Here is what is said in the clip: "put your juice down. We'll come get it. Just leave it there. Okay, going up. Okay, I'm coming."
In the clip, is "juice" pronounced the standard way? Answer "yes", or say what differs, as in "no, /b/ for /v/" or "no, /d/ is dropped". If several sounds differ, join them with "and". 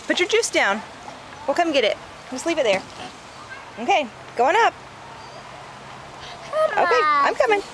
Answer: yes